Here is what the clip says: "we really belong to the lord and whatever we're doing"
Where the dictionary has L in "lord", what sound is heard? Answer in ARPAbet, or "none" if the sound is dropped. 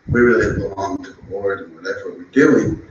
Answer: W